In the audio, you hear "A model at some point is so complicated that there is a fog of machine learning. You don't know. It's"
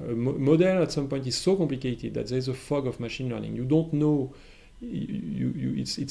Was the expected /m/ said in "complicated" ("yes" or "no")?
yes